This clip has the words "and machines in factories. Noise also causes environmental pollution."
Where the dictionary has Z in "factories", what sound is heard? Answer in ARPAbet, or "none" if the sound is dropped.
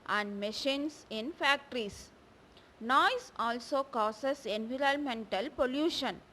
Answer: S